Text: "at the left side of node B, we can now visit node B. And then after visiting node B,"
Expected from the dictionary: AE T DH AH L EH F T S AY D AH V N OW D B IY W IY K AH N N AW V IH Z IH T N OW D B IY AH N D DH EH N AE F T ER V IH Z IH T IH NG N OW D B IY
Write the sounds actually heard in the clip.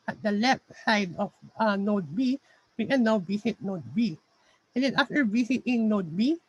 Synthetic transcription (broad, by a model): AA T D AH L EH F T S AY D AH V N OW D B IY W IY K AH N N AW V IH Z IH T N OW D B IY AH N D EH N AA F T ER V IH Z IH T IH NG N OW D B IY